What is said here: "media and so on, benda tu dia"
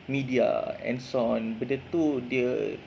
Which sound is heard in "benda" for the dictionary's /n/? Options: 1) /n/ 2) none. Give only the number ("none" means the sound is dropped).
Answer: 2